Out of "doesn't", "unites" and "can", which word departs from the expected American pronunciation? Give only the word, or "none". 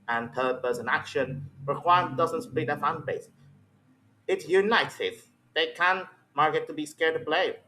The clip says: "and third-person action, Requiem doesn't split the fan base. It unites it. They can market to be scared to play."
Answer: unites